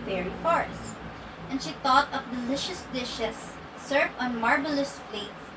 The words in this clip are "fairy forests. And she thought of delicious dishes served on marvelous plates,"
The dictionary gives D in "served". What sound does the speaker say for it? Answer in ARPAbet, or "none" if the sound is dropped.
none